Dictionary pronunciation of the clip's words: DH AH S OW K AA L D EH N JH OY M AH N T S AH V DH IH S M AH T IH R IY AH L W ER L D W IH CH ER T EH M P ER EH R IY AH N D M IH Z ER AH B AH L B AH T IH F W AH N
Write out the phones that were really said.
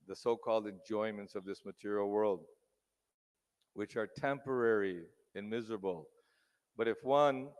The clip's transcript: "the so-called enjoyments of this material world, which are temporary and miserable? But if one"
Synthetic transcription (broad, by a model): DH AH S OW K AA L D EH N JH OY M AH N T S AH V DH IH S M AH T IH R IY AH L W ER L D W IH CH ER T EH M P ER EH R IY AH N M IH Z ER AH B AH L B AH T IH F W AH N